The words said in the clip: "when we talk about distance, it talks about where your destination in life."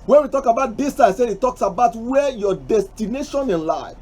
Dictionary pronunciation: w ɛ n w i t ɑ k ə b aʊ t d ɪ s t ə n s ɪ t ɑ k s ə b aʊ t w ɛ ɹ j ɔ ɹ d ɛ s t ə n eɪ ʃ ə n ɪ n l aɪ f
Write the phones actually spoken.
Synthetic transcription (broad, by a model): w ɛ n w i t ɑ k ə b aʊ t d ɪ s s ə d ɪ t ɑ k s ə b aʊ t w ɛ j ɔ d ɛ s t ə n eɪ ʃ ə n ɪ n l aɪ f